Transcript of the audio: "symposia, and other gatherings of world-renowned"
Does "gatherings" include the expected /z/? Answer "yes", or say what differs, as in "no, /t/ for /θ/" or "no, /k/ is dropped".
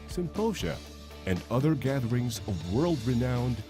yes